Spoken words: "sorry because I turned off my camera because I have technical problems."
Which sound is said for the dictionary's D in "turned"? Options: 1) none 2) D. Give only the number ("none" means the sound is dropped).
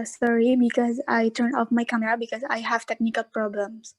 1